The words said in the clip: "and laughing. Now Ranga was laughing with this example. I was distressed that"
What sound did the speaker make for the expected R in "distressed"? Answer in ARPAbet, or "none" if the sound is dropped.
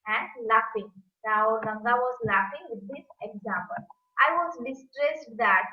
R